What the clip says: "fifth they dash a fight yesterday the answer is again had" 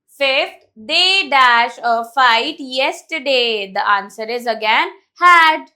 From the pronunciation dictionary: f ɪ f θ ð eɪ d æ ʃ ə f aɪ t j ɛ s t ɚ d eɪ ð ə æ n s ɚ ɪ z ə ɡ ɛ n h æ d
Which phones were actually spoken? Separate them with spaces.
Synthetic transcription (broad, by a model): f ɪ f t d eɪ d æ ʃ ə f aɪ t j ɛ s t ɚ d eɪ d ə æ n s ɚ ɪ z ə ɡ ɛ n h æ d